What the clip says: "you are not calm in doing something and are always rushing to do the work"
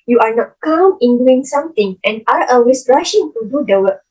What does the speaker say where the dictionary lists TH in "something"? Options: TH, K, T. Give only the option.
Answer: T